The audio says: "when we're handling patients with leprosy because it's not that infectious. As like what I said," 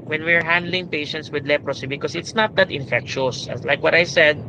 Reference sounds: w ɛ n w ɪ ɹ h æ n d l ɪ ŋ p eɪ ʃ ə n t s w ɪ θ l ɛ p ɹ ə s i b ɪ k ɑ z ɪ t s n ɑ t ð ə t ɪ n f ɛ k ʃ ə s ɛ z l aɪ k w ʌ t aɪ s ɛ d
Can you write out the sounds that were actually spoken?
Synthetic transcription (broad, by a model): w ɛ n w ɪ ɹ h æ n d l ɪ ŋ p eɪ ʃ ə n t s w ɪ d l ɛ p ɹ ə s i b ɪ k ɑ s ɪ t s n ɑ t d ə t ɪ n f ɛ k ʃ ə s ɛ s l aɪ k w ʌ t aɪ s ɛ d